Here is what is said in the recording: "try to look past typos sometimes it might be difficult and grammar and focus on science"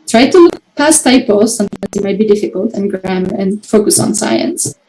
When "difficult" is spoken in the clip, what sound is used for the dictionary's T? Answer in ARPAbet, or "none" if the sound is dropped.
T